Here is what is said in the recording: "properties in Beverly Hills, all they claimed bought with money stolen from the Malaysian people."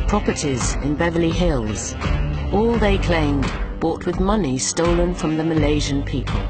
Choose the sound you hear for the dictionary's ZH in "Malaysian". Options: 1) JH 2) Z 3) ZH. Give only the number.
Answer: 3